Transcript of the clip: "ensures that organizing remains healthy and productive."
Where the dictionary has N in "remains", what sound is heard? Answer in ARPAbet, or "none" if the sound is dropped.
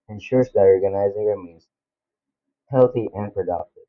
none